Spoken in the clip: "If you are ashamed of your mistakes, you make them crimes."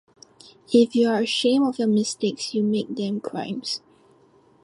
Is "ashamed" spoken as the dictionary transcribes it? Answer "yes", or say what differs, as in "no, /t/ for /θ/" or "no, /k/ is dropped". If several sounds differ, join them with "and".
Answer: no, /d/ is dropped